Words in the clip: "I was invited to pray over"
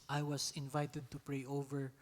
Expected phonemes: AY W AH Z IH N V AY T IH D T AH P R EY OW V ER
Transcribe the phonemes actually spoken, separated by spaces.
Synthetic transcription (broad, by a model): AY W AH S IH N V AY T IH D T AH P R EY OW V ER